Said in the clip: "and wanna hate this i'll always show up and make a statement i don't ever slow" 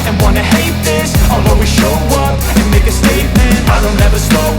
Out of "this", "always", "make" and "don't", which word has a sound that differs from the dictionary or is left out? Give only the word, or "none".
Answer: always